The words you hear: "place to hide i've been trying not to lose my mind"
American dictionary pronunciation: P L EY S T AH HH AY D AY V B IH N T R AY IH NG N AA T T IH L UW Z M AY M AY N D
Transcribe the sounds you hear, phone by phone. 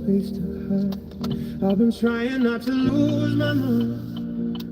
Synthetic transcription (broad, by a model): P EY S T AH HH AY AY V B IH N T R AY IH NG N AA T T IH L UW Z M AY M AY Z